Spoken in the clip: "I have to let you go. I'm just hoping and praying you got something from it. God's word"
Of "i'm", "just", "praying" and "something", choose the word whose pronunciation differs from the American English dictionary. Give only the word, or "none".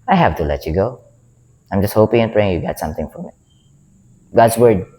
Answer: something